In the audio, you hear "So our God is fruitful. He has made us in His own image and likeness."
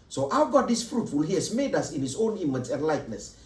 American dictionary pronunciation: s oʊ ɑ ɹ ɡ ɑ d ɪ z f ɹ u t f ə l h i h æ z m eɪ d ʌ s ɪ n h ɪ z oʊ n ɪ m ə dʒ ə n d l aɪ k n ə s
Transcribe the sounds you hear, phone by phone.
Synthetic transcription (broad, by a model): s oʊ ɑ w ɡ ɑ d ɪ s f ɹ u t f ə l h i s m eɪ d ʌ s ɪ n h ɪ s oʊ n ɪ m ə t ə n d l aɪ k n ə s